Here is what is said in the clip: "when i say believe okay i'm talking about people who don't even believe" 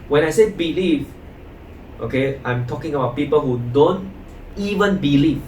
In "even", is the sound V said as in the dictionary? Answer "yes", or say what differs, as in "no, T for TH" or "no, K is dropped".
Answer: yes